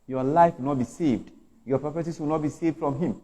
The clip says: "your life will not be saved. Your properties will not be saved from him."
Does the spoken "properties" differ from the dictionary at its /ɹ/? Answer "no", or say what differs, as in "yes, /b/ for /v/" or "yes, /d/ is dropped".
yes, /ɹ/ is dropped